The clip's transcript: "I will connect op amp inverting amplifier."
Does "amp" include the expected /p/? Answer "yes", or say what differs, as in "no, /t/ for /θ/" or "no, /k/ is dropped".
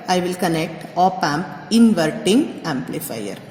yes